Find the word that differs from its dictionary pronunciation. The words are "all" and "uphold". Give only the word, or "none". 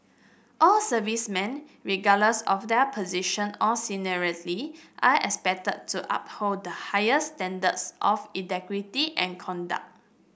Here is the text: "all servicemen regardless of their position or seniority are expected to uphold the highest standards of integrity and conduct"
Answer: uphold